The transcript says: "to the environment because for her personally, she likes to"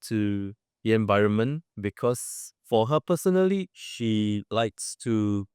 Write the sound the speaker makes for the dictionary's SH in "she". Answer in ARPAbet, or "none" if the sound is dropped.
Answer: SH